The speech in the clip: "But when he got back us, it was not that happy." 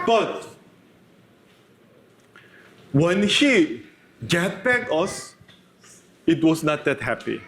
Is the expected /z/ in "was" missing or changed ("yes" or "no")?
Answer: yes